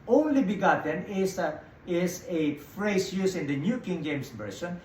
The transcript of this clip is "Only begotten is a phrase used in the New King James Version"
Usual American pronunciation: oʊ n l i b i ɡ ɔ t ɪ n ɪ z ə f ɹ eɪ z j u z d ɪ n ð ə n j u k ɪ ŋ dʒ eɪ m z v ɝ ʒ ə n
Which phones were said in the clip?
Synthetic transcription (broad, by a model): oʊ n l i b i ɡ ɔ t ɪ n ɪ s ə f ɹ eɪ s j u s ɪ n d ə n j u k ɪ ŋ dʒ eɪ m s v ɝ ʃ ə n